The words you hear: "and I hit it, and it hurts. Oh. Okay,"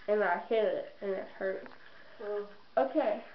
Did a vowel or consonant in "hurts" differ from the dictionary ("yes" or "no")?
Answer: yes